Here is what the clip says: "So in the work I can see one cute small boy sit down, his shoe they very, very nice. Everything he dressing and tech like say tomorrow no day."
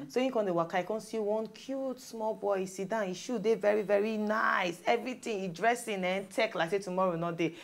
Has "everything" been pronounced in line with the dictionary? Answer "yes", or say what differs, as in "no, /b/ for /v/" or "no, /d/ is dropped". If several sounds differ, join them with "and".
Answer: no, /t/ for /θ/